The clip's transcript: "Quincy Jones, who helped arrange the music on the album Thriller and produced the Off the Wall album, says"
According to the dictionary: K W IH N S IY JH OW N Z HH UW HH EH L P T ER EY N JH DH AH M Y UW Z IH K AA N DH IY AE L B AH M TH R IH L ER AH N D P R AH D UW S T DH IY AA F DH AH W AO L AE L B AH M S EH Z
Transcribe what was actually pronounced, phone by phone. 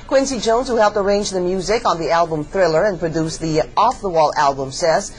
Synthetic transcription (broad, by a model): K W IH N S IY JH OW N Z HH UW HH EH L P T ER EY N JH DH AH M Y UW Z IH K N DH IY AE L B AH M TH R IH L ER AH N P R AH D UW S DH IY AA F DH AH W AO L AE L B AH M S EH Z